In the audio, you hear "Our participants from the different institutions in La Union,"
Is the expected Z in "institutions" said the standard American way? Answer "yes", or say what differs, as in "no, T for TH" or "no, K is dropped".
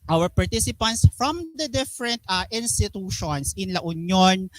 no, S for Z